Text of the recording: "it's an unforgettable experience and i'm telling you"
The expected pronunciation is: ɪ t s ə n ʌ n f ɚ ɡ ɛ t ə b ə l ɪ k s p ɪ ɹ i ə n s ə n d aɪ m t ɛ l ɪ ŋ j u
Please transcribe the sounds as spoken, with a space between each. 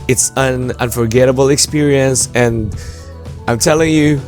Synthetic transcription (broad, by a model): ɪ t s ə n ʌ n f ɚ ɡ ɛ t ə b l ɪ k s p ɪ ɹ i ə n s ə n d aɪ m t ɛ l ɪ ŋ j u